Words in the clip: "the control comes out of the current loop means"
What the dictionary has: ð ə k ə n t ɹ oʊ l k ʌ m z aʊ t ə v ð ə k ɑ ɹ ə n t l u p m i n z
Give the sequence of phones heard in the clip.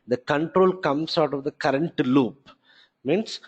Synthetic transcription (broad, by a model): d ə k ə n t ɹ oʊ l k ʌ m s aʊ t ə v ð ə k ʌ ɹ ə n t l u p m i n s